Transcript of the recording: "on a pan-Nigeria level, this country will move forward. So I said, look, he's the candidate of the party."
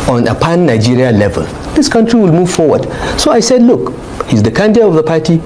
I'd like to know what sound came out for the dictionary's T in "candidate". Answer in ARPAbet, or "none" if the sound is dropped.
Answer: none